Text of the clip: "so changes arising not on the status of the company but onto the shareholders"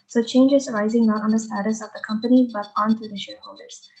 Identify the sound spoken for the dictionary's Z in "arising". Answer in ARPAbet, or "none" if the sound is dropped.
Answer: Z